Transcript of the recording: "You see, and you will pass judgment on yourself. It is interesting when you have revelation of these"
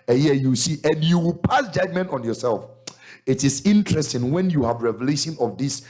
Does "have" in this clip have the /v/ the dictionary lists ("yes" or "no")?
yes